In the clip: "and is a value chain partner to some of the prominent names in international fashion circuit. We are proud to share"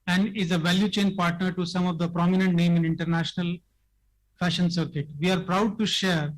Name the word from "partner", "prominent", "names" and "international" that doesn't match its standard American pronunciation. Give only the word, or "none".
names